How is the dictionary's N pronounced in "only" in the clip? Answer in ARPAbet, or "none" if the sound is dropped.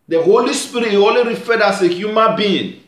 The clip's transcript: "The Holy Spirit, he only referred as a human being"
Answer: none